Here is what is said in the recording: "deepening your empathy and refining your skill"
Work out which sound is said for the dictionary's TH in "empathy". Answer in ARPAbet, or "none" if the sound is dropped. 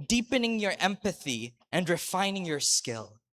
TH